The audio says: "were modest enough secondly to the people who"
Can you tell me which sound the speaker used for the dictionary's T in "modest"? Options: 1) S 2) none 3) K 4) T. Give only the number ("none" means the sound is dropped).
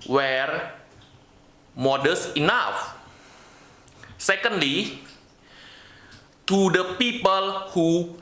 2